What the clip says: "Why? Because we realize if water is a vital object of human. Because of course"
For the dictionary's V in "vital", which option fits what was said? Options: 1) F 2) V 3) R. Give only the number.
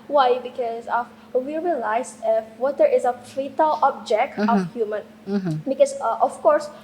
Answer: 1